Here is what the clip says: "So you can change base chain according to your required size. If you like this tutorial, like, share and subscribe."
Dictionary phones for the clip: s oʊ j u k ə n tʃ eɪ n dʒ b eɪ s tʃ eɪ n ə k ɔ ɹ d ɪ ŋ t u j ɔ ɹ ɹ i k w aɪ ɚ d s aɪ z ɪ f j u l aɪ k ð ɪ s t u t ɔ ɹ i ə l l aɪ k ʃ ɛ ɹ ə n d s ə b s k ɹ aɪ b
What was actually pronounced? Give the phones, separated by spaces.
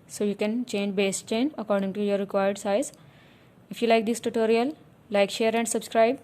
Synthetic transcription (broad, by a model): s oʊ j u k ə n tʃ eɪ n dʒ b eɪ s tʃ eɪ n ə k ɔ ɹ d ɪ ŋ t u j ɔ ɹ ɹ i k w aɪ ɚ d s aɪ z ɪ f j u l aɪ k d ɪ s t u t ɔ ɹ i ə l l aɪ k ʃ ɛ ɹ ə n d s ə b s k ɹ aɪ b